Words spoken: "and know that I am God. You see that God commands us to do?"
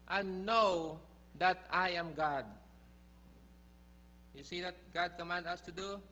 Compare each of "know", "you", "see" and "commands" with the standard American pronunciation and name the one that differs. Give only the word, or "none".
commands